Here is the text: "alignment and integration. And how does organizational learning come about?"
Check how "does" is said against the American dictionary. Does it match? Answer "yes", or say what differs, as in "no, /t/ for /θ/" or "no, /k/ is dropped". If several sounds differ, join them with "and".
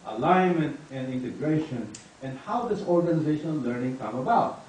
no, /s/ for /z/